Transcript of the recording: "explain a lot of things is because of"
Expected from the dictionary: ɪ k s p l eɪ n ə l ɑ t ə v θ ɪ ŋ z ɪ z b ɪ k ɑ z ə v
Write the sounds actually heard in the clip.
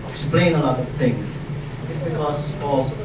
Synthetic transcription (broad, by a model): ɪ k s p l eɪ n ə l ɑ t ə v θ ɪ ŋ z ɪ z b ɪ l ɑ s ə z